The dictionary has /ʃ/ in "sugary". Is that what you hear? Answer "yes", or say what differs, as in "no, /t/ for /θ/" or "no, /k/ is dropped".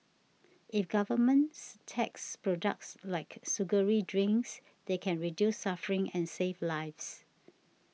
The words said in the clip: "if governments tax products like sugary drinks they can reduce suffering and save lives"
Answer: no, /s/ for /ʃ/